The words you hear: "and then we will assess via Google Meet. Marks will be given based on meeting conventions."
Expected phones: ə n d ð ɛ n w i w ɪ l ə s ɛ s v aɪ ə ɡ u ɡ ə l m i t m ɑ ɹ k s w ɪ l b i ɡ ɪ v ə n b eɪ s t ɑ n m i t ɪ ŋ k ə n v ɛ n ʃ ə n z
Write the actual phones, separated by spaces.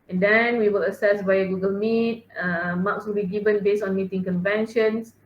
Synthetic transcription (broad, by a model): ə n d ɛ n w i w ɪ l ə s ɛ s b aɪ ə ɡ u ɡ ə l m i t m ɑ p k s w ɪ l b i ɡ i v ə n b eɪ s ɑ n m i t ɪ ŋ k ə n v ɛ n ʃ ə n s